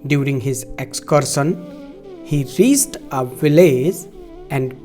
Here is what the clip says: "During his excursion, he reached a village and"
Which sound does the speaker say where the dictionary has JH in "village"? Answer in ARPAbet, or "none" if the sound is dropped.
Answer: Z